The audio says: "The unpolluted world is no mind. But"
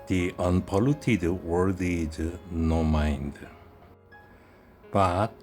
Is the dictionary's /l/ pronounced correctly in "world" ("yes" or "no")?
no